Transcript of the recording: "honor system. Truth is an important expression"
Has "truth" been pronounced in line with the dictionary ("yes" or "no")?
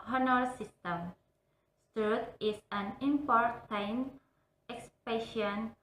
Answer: no